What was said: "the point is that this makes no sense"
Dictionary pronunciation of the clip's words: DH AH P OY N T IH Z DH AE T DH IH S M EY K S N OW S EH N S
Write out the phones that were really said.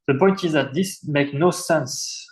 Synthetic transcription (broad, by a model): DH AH P OY N T IH Z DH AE T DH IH S M EY K N OW S EH N S